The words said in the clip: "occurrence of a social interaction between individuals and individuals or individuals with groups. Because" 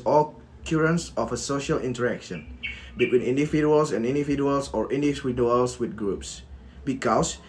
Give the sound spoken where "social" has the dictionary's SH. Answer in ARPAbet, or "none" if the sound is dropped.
SH